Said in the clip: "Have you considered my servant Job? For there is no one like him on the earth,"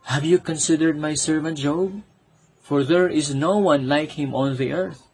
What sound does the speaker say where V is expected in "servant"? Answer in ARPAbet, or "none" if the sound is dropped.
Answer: V